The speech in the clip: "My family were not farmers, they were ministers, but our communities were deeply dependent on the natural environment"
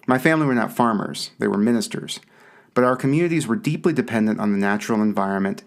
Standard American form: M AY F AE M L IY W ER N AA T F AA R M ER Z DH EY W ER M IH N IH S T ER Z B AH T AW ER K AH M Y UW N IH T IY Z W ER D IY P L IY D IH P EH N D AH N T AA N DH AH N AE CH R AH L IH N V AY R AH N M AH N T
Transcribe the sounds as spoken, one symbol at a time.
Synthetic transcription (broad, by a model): M AY F AE M L IY W ER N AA T F AA R M ER Z DH EY W ER M IH N IH S T ER Z B AH T AW ER K AH M Y UW N IH T IY Z W ER D IY P L IY D IH P EH N D AH N T N DH AH N AE CH R L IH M V AY R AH N M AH N T